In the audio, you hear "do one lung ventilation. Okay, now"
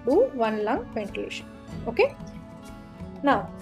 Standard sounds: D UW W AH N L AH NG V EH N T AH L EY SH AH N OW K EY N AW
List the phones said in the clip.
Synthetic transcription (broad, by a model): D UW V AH N L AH NG V EH N T AH L EY SH AH N OW K EY N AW